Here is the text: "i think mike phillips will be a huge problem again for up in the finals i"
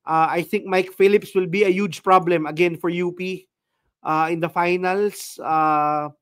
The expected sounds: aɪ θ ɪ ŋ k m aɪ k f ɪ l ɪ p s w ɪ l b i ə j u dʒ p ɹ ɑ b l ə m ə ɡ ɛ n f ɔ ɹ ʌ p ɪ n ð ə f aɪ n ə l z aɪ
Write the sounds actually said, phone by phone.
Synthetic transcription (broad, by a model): aɪ θ ɪ ŋ k m aɪ k f ɪ l ɪ p s w ɪ l b i ə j u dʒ p ɹ ɑ b l ə m ə ɡ ɛ n f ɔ ɹ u p ɪ n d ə f aɪ n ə l s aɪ